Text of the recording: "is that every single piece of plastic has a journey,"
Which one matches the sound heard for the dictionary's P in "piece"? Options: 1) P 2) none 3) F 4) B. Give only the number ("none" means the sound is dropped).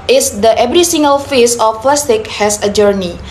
3